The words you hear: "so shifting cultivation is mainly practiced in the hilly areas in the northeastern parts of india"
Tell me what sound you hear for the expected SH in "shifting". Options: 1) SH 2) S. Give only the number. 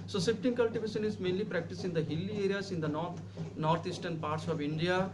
2